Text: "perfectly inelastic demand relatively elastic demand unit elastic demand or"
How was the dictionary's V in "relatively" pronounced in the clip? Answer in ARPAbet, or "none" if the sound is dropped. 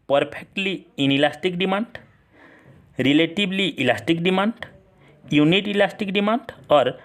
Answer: B